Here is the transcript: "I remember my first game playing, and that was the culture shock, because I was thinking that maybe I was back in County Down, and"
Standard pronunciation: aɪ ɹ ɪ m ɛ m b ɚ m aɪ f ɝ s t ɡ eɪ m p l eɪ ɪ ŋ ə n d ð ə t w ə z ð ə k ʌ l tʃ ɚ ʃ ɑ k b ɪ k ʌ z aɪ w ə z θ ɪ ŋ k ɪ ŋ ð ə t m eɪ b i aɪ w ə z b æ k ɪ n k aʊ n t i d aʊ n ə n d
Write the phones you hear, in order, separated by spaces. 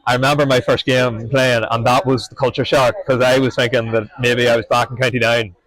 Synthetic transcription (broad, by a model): aɪ ɹ ɪ m ɛ m b ɚ m aɪ f ɝ s t ɡ eɪ m p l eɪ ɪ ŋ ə n ð ə t w ə z ð ə k ʌ l tʃ ɚ ʃ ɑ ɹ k k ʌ z aɪ w ə z θ ɪ ŋ k ɪ ŋ ð ə t m eɪ b i aɪ w ə z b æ k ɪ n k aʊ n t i d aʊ ə n